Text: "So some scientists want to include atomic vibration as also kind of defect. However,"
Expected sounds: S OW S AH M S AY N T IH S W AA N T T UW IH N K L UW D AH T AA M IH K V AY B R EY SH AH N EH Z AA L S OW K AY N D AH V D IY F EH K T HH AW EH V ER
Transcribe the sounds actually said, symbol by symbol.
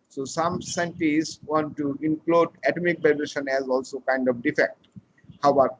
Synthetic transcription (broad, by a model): S OW S AH M S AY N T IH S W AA N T T UW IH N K L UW D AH T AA M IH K B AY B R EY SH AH N EH Z AA L S OW K AY N D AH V D IY F EH K T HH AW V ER